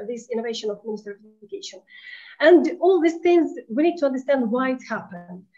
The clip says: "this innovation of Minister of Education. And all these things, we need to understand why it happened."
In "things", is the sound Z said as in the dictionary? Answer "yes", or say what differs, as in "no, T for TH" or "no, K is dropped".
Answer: yes